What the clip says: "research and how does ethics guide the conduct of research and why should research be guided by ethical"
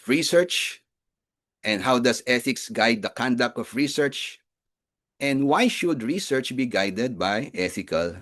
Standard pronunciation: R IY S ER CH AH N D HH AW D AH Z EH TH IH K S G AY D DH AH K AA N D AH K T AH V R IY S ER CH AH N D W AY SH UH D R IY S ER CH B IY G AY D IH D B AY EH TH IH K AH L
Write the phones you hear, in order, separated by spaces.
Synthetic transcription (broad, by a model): R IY S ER CH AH N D HH AW D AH S EH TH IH K S G AY D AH K AA N D AH K T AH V R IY S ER CH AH N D W AY SH UH D R IY S ER CH B IY G AY D IH D B AY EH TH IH K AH L